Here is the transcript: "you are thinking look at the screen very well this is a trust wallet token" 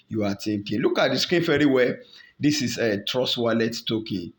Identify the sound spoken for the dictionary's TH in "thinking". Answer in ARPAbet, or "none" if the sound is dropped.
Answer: T